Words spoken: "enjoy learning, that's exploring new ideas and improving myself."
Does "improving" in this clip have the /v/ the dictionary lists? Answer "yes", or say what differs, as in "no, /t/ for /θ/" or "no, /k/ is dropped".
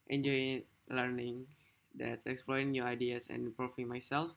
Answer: no, /f/ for /v/